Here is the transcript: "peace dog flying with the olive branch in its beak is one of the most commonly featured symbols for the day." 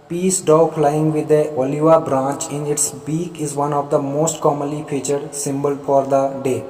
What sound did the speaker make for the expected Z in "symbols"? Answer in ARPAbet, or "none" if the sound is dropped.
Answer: none